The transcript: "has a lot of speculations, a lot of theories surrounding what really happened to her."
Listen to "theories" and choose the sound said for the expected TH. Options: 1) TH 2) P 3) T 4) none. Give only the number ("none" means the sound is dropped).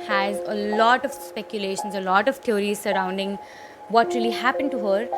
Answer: 3